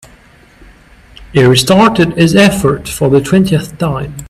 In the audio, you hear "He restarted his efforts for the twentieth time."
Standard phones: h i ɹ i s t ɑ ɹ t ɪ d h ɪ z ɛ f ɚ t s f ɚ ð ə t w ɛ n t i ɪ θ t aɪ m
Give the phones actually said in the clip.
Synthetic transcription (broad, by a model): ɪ ɹ i s t ɑ ɹ t ɪ d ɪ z ɛ f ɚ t f ɚ ð ə t w ɛ n t i ɪ θ t aɪ m